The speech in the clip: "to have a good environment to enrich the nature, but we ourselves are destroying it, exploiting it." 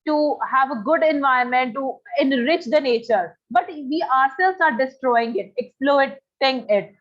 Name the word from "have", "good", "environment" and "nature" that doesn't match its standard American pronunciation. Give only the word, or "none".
environment